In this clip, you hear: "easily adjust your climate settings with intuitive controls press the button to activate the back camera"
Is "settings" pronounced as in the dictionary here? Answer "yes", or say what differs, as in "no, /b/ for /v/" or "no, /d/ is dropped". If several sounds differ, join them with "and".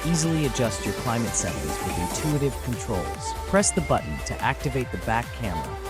no, /ŋ/ is dropped